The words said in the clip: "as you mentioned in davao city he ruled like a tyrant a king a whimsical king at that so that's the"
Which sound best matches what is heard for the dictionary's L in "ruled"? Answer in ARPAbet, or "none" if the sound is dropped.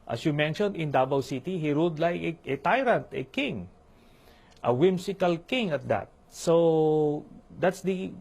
none